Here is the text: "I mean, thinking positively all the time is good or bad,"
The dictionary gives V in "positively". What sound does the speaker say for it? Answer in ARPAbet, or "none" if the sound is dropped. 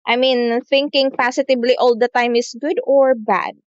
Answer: B